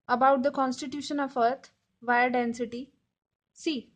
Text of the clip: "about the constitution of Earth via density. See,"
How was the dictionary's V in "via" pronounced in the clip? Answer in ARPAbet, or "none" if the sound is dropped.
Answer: V